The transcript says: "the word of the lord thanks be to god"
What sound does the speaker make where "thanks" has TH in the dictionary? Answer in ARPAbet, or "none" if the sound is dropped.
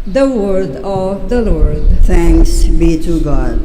T